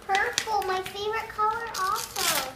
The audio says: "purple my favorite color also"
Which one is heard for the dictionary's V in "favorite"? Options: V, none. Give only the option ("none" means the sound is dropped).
V